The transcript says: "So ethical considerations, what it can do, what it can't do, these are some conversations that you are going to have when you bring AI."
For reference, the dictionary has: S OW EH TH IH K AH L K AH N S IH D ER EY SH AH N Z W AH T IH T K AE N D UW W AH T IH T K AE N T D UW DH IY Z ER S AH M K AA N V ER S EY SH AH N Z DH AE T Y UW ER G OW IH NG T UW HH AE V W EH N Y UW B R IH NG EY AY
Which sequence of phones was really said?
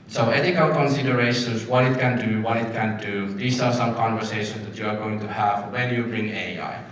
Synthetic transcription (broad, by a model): S OW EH T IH K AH L K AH N S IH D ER EY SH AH N S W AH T IH T K AE N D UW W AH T IH T K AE N D UW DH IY S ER S AH M K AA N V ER S EY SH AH N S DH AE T Y UW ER G OW IH NG T UW HH AE V W EH N Y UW B R IH NG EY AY